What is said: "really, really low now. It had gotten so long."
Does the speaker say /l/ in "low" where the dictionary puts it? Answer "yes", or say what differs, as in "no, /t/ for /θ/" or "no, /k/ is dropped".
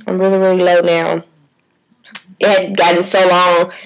yes